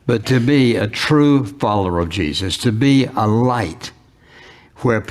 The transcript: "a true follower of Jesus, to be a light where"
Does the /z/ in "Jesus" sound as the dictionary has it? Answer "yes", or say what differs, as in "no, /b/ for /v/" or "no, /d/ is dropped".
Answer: yes